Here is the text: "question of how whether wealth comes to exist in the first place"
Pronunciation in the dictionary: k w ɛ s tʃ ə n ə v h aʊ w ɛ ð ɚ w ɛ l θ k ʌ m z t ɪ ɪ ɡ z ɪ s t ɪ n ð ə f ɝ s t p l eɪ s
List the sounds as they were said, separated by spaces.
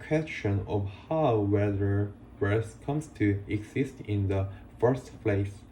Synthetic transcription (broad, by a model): k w ɛ s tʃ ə n ə v h aʊ w ɛ ð ɚ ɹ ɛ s k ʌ m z t ɪ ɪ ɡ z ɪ s t ɪ n ð ə f ɝ s t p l eɪ s